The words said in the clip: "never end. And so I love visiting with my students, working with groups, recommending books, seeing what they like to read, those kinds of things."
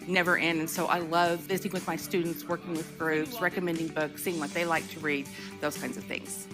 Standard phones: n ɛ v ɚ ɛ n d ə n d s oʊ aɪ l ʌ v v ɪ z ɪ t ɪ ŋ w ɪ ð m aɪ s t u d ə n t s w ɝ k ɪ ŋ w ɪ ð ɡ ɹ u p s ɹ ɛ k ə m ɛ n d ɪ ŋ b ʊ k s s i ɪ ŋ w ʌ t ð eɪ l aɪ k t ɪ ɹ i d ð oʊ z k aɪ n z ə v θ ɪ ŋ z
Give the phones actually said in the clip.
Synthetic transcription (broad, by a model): n ɛ v ɚ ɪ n ə n s oʊ aɪ l ʌ v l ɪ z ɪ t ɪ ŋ w ɪ ð m aɪ s t u d n t s w ɝ k ɪ ŋ w ɪ ð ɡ ɹ u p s ɹ ɛ k ə m ɛ n d ɪ ŋ b ʊ k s s i ɪ ŋ w ʌ t ð eɪ l aɪ k t ɪ ɹ i d ð oʊ z k aɪ n z ə v θ ɪ ŋ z